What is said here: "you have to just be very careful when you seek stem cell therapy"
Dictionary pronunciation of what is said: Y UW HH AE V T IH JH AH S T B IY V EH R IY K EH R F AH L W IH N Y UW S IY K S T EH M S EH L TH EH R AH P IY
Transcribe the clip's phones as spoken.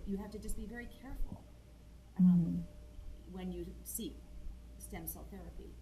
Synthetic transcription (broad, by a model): Y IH HH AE F T IH JH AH S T B IY V EH R IY K EH R F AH L W IH N Y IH S IY K S T EH M S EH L TH EH R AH P IY